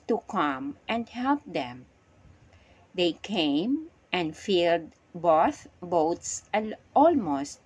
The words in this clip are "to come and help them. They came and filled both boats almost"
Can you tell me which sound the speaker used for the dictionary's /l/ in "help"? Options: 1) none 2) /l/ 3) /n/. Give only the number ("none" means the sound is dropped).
2